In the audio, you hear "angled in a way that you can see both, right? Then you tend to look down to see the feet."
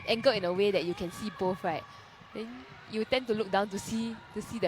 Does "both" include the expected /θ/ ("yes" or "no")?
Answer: no